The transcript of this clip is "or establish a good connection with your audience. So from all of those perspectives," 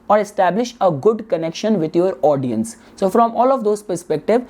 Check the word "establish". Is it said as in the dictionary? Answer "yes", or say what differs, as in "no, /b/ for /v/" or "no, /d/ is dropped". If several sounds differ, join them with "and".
yes